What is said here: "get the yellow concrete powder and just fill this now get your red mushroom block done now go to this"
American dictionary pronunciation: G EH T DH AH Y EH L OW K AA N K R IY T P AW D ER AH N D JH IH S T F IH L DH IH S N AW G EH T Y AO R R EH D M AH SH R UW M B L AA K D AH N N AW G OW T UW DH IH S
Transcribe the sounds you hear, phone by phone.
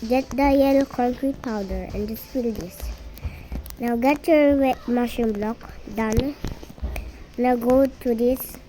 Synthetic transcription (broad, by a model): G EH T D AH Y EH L K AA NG K R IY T P AW D ER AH N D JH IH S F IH L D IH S N AW G EH T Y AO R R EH M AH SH UW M B L AA K D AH N N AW G OW T UW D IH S